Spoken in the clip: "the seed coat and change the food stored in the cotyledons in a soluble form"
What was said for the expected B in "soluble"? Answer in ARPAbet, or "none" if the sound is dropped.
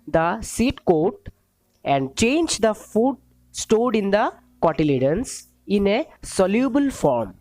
B